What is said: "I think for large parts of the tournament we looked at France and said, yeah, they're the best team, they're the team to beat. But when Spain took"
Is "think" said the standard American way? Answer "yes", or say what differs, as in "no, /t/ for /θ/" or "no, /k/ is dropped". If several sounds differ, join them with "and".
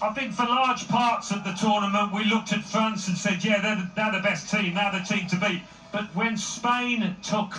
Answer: yes